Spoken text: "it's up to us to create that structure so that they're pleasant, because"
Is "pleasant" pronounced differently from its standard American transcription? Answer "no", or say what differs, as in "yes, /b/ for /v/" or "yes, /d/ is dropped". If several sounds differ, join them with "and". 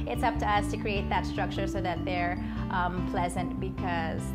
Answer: no